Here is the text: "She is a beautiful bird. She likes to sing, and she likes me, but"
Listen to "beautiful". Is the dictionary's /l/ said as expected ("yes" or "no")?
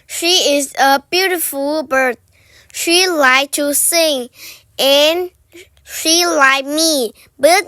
yes